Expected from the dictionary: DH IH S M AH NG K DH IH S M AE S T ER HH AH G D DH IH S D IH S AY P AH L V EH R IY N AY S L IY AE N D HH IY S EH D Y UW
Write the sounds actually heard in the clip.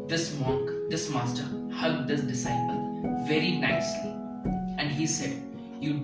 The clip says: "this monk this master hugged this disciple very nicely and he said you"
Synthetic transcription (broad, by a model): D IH S M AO K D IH S M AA S T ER HH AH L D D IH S D IH S AY P AH L V EH R IY N AY S L IY AE N D HH IY S EH D Y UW